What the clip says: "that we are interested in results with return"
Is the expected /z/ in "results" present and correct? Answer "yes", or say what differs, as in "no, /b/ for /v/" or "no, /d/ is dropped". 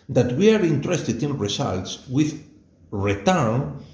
no, /s/ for /z/